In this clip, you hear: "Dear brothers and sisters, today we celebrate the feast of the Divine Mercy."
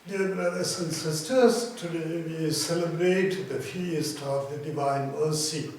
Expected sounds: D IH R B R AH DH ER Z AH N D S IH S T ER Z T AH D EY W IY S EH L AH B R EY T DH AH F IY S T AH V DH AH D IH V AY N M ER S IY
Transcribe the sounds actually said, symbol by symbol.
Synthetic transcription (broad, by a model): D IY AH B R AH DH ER S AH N S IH S T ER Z T AH D EY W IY S EH L AH B R EY T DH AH F IY S T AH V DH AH D IH V AY N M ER S IY